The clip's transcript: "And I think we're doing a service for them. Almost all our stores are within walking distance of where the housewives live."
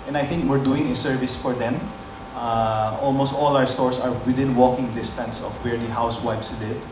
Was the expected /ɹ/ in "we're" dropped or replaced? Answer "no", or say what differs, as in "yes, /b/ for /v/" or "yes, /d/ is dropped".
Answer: no